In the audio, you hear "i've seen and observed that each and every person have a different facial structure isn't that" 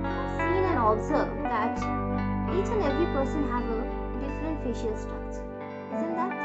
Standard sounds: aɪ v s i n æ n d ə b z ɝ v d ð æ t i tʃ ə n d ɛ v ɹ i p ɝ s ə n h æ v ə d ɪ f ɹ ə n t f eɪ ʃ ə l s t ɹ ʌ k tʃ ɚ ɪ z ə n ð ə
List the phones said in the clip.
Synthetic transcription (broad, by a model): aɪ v s i n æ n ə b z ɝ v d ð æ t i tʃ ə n ɛ v ɹ i p ɝ s ə n h æ v ə d ɪ f ɹ ə n t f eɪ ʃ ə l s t ʌ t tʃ ɪ z ə n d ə